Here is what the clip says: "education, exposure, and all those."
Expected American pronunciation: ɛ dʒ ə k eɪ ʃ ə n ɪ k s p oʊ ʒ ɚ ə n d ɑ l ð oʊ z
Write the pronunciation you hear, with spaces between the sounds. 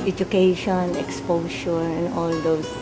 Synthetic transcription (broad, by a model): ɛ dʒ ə k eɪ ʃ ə n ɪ k s p oʊ ʃ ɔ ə n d ɑ l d oʊ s